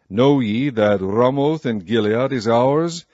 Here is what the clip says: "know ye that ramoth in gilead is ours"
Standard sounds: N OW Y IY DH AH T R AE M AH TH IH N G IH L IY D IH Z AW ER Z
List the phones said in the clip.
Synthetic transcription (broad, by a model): N OW Y IY DH AH T R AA M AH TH IH N G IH L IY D IH Z AW ER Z